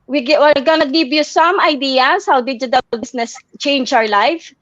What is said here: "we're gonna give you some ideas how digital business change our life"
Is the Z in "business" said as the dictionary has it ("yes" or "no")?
no